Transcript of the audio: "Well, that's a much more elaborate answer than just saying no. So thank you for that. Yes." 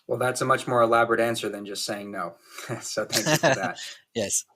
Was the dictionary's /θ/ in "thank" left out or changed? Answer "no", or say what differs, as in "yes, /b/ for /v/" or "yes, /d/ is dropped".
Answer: no